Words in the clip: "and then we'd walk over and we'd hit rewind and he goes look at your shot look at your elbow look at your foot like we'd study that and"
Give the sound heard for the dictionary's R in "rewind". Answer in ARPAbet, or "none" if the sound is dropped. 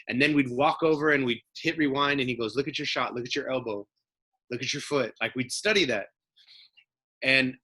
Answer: R